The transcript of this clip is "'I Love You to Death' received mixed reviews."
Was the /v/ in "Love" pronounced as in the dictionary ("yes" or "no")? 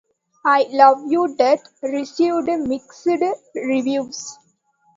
yes